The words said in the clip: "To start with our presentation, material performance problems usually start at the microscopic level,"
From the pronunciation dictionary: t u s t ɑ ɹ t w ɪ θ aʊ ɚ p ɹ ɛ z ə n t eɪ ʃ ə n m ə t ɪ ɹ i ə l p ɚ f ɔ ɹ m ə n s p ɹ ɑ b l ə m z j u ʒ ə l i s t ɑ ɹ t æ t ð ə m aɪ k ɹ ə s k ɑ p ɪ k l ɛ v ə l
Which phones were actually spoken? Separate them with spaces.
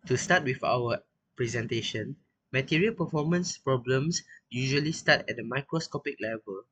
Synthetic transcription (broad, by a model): t u s t ɑ t w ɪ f aʊ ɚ p ɹ ɛ z ə n t eɪ ʃ ə n m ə t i ɹ i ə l p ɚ f ɔ m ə n s p ɹ ɑ b l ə m s j u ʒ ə l i s t ɑ t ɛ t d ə m aɪ k ɹ ə s k ɑ p ɪ k l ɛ v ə l